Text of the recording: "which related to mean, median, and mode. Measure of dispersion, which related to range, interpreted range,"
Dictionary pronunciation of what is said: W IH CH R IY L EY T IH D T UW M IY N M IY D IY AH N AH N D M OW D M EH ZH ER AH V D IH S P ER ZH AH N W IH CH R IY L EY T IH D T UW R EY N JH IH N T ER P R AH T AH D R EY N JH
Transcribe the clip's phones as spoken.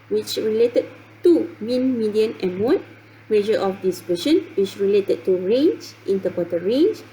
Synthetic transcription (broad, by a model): W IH CH R IY L EY T IH D T UW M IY N M IY D IY AH N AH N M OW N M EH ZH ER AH F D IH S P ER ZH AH N W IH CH R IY L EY T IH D T UW R EY N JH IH N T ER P AH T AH R EY N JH